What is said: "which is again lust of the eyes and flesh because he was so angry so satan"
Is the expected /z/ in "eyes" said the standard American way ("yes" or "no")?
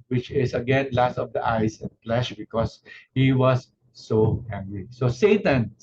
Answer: no